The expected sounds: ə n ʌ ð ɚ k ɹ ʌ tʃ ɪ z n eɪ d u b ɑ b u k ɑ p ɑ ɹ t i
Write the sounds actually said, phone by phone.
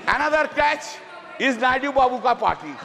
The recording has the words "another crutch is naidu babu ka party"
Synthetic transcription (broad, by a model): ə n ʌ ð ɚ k ɛ tʃ ɪ z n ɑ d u b ɑ b u k ɑ p ɑ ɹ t i